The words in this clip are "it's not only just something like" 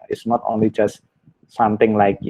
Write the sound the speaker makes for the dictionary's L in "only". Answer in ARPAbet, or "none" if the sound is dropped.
L